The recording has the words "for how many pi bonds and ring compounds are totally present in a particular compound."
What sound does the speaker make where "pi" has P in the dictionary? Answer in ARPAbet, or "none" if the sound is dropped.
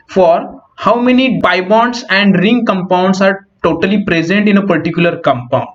B